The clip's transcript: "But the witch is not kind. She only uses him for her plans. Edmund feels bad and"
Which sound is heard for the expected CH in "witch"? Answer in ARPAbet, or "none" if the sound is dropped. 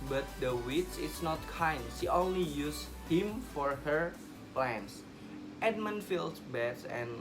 S